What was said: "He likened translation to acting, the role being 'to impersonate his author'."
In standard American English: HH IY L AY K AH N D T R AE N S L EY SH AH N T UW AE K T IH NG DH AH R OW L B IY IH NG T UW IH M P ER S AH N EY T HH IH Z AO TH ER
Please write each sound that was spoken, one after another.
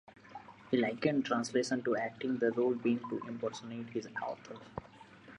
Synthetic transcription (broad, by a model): HH IY L AY K AH N D T R AE N S L EY SH AH N T UW AE K T IH NG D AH R OW L B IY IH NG T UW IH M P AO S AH N EY T HH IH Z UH T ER